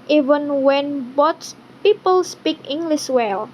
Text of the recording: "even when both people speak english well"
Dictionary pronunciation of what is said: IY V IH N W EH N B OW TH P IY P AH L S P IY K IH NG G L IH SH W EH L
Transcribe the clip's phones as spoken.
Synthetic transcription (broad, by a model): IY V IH N W EH N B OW S P IY P AH L S P IY K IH NG G L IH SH W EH L